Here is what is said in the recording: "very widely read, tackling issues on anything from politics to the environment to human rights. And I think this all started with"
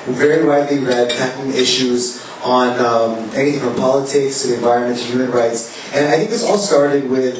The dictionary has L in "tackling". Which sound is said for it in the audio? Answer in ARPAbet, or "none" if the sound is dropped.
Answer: none